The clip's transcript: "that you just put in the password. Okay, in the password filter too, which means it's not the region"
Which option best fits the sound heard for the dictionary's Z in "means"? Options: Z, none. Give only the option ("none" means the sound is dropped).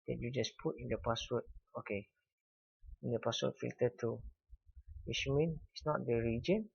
none